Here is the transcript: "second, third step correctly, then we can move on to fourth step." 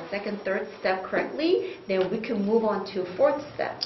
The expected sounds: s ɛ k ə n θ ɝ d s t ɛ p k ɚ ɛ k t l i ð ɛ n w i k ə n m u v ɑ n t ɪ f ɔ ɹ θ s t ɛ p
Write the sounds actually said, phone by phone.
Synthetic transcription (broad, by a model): s ɛ k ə n θ ɝ d s t ɛ p k ɚ ɛ k t l i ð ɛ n w i k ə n m u v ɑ n t ɪ f ɔ ɹ θ s t ɛ p